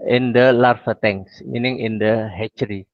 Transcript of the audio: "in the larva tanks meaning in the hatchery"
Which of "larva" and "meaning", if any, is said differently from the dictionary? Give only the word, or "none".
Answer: larva